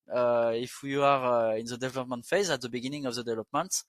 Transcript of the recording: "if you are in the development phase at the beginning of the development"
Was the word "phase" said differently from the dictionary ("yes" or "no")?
no